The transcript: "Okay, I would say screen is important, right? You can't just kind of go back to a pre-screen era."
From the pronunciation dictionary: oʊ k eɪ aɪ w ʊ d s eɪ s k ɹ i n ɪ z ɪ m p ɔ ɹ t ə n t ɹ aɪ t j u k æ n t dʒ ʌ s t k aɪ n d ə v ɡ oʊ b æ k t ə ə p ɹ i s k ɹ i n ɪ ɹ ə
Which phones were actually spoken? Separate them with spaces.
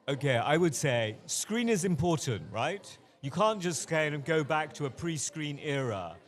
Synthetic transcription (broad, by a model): oʊ k eɪ aɪ w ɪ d s eɪ s k ɹ i n ɪ z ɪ m p ɔ ɹ t n t ɹ aɪ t j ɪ k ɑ n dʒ ʌ s t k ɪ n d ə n ɡ oʊ b æ k t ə ə p ɹ i s k ɹ i n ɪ ɹ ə